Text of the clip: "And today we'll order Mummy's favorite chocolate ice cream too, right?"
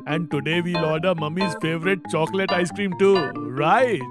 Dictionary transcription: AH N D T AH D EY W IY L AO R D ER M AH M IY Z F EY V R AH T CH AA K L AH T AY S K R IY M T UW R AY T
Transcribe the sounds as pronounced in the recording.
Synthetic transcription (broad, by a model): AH N D T AH D EY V IY L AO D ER M AH M IY Z F EY V R AH T CH AA K L AH T AY S K R IY M T UW R AY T